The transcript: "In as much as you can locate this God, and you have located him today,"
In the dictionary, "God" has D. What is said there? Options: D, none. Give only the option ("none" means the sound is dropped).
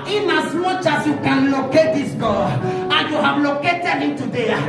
none